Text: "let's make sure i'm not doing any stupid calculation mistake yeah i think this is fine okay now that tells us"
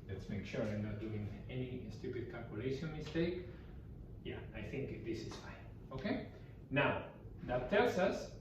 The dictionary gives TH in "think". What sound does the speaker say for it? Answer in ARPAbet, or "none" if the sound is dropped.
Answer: TH